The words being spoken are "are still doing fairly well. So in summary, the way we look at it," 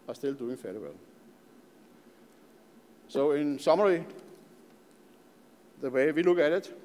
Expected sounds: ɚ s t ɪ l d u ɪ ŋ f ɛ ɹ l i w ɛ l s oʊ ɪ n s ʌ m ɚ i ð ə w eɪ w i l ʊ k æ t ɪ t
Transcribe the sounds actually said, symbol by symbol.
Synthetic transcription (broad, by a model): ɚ s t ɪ l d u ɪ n f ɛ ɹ i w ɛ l s oʊ ɪ n s ʌ m ɚ i ð ə w eɪ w i l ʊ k æ t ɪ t